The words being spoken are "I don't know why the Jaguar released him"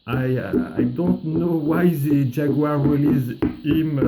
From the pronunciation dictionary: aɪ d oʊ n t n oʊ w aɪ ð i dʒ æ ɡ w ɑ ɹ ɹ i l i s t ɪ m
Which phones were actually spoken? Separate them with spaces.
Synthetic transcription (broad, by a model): aɪ d oʊ n t n oʊ w aɪ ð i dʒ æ ɡ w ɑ ɹ w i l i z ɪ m